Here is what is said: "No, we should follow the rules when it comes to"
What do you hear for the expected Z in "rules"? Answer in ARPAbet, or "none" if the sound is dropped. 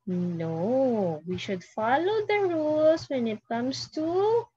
S